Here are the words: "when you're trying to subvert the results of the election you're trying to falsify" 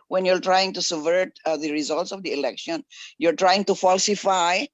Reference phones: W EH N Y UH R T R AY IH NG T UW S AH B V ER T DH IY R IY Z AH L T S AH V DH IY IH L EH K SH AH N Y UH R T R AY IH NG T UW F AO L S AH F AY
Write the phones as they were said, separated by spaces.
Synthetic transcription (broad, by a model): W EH N Y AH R T R AY IH NG T UW S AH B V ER T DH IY R IY Z AH L T S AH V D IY IH L EH K SH AH N Y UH R T R AY IH NG T UW F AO L S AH F AY